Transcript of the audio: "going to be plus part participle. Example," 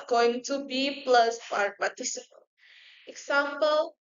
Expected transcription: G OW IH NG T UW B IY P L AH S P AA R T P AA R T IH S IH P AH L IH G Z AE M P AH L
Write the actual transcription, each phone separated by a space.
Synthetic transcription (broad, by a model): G OW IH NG T UW B IY P L AH S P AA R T P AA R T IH S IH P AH N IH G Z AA M P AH L